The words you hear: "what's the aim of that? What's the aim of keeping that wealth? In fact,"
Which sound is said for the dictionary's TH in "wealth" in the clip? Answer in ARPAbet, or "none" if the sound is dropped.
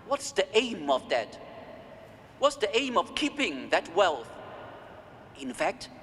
TH